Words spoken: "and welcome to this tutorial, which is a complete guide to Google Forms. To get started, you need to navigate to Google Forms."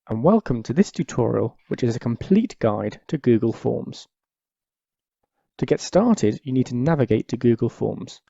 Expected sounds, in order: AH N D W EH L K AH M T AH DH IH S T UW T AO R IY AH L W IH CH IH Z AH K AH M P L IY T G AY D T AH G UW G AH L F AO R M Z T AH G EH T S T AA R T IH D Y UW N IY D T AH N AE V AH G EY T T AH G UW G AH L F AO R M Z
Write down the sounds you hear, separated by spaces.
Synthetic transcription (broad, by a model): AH N W EH L K AH M T AH DH IH S T UW T AO R IY AH L W IH CH IH Z AH K AH M P L IY T G AY D T AH G UW G AH L F AO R M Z T AH G EH T S T AA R T IH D Y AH N IY D T AH N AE V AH G EY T T AH G UW G AH L F AO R M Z